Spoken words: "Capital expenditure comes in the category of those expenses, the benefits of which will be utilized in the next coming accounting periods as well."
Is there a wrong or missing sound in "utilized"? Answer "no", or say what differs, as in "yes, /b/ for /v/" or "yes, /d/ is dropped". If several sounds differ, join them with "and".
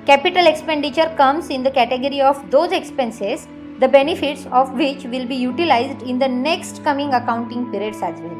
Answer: no